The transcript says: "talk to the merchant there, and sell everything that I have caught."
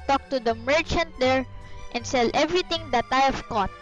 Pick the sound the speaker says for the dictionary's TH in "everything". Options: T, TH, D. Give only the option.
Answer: T